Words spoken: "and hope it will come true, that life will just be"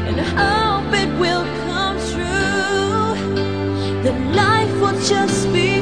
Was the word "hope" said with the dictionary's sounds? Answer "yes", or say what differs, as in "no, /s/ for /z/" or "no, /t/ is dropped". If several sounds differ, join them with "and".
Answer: no, /b/ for /p/